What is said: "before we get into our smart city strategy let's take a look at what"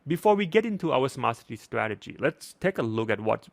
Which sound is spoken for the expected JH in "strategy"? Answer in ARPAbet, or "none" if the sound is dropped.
JH